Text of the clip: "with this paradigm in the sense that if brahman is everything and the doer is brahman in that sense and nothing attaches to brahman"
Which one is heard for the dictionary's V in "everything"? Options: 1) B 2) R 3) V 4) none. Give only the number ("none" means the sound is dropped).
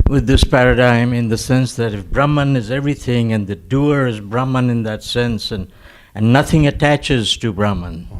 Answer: 3